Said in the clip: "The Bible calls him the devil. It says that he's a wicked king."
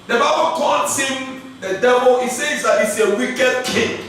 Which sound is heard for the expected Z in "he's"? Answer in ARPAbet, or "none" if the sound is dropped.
S